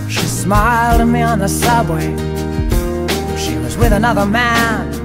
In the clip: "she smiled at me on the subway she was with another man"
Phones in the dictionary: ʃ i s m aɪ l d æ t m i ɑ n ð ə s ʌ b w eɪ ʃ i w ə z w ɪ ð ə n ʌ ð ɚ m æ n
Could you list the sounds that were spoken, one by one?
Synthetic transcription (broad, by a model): ʃ i s m aɪ l d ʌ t m i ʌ n ð ə s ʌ b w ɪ ʃ i w ə z w ɪ ð ə n ʌ ð ɚ m æ n